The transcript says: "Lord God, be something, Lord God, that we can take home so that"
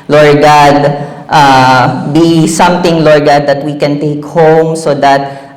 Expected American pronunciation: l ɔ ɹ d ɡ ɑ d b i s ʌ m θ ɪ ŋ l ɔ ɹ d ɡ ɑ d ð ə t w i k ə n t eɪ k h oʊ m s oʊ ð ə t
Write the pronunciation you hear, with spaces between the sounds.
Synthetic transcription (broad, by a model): l ɔ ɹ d ɡ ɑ d b i s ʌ m t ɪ ŋ l ɔ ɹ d ɡ ɑ d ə t w i k ə n t eɪ k h oʊ m s oʊ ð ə t